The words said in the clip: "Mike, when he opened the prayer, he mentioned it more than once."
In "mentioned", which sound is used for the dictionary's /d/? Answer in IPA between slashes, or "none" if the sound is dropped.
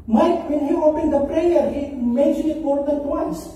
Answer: none